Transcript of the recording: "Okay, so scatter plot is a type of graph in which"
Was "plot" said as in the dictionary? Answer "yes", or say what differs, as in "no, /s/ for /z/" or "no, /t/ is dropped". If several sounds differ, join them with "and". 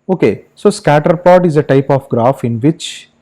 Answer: no, /l/ is dropped